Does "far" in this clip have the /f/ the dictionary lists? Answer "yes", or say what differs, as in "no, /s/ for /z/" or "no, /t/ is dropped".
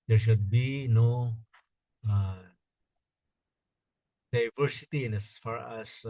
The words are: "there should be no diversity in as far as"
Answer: yes